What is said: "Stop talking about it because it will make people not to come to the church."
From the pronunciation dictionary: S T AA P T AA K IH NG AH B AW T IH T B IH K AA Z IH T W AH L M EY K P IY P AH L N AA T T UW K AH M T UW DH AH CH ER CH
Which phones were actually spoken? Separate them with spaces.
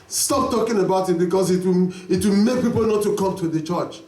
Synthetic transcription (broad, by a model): S T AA P T AA K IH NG AH B AW T IH T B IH K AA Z IH T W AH W M EY K P IY P AH L N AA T T UW K AH M T UW DH AH CH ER CH